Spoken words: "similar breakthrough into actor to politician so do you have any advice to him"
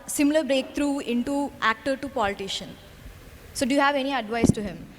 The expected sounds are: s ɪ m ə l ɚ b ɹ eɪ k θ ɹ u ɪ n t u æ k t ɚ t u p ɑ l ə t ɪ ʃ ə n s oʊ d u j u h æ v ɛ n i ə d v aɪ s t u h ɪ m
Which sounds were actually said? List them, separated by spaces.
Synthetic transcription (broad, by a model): s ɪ m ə l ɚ b ɹ eɪ k t ɹ u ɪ n t u æ k t ɚ t u p ɑ l ə t ɪ ʃ ə n s oʊ d u j u h æ v ɛ n i ə d v aɪ s t u h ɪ m